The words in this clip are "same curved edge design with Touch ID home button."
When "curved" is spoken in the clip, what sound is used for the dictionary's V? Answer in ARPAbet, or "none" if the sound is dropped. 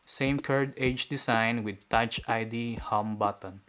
none